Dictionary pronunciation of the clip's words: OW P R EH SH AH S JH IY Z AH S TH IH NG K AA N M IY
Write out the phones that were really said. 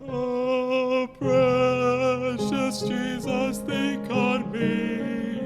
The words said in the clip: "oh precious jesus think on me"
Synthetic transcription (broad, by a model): OW P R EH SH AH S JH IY Z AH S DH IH K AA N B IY